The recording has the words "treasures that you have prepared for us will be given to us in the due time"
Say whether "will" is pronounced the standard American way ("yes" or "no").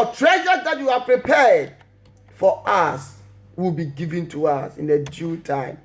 yes